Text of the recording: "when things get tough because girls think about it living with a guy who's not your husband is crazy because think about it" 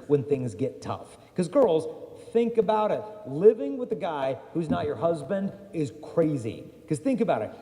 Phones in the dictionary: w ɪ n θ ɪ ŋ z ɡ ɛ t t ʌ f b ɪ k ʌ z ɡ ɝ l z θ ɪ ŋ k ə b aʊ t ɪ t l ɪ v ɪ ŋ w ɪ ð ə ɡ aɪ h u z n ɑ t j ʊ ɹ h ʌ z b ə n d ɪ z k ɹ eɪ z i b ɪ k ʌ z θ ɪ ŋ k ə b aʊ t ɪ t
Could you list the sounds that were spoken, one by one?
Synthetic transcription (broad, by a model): w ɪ n θ ɪ ŋ z ɡ ɛ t t ʌ f k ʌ z ɡ ɝ l z θ ɪ ŋ k ə b aʊ t ɪ t l ɪ v ɪ ŋ w ɪ ð ə ɡ aɪ h u z n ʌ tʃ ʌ ɹ h ʌ z b ə n d ɪ z k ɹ eɪ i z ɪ k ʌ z θ ɪ ŋ k ə b aʊ t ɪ t